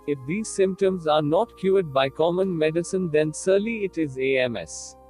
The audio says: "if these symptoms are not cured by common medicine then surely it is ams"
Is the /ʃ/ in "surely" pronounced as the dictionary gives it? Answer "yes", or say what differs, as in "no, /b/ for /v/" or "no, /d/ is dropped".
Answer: no, /s/ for /ʃ/